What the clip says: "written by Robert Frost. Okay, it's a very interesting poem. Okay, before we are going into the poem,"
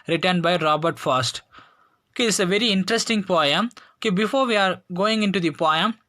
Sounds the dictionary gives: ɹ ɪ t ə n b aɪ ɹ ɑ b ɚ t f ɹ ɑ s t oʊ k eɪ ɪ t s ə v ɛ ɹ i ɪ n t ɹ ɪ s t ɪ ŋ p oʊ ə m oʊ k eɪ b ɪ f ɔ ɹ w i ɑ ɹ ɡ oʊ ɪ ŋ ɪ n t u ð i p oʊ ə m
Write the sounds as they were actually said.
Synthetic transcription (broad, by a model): ɹ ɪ t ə n b aɪ ɹ ɑ b ɚ t f ɑ s t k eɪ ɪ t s ə v ɛ ɹ i ɪ n t ɹ ɪ s t ɪ ŋ p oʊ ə m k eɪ b ɪ f ɔ ɹ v i ɑ ɹ ɡ oʊ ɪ ŋ ɪ n t u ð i p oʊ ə m